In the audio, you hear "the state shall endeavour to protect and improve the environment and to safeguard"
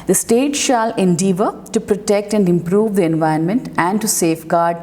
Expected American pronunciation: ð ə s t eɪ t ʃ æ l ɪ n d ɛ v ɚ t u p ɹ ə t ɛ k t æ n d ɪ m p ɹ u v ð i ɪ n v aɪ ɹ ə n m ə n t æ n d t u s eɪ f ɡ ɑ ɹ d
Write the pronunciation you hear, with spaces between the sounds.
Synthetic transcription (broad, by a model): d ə s t eɪ t ʃ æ l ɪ n d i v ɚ t u p ɹ ə t ɛ k t æ n d ɪ m p ɹ u v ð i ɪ n v aɪ ə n m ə n t æ n d t u s eɪ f ɡ ɑ ɹ d